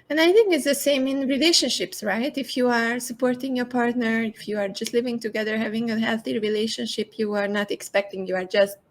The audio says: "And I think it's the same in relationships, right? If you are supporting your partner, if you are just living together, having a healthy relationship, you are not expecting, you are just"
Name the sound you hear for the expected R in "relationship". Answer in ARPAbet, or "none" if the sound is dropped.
R